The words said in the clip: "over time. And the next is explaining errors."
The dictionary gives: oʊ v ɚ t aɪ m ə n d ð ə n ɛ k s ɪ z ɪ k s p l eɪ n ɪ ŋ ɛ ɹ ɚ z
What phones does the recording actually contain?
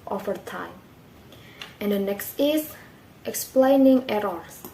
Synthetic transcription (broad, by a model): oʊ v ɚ t aɪ m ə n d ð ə n ɛ k s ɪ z ɪ k s p l eɪ n ɪ ŋ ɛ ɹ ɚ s